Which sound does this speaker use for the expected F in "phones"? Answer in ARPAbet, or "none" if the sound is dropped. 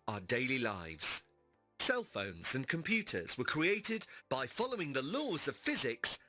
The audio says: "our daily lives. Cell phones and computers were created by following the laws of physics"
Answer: F